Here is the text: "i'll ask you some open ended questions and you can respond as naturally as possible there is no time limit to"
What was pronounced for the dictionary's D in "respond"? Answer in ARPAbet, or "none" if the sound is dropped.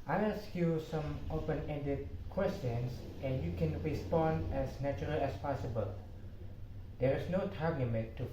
D